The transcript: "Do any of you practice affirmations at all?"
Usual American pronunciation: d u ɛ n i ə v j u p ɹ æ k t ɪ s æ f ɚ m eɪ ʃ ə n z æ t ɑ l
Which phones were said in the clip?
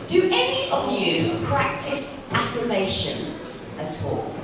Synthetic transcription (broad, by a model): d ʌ ɛ n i ə v j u p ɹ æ k t ɪ s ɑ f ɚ m eɪ ʃ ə n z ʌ t ɑ l